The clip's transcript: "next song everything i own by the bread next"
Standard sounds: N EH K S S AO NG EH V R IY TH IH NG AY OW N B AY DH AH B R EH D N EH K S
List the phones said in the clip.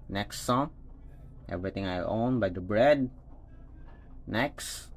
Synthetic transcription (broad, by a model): N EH K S S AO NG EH V R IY T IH NG AY OW N B AY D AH B R EH D N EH K S